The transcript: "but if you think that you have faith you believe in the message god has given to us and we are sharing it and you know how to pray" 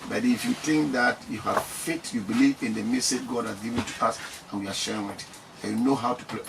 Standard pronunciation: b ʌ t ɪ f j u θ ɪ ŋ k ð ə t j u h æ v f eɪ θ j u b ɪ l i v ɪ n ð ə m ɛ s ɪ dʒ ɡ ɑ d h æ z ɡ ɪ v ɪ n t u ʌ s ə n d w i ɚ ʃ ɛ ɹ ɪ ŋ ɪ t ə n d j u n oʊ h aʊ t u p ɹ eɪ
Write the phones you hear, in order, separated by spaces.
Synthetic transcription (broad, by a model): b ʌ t ɪ f j u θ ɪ ŋ k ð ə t j u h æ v f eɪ t j u b ɪ l i v ɪ n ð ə m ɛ s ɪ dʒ ɡ ɑ d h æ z ɡ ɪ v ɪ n t u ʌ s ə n w i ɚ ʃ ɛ ɹ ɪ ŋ ɪ t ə j u n oʊ h aʊ t u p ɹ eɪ